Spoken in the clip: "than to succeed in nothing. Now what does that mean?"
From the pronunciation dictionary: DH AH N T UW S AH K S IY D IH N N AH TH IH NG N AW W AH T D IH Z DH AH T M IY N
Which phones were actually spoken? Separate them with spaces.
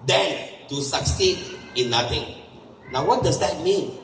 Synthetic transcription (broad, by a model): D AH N T UW S AH K S IY D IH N N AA T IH NG N AW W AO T D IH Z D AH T M IY N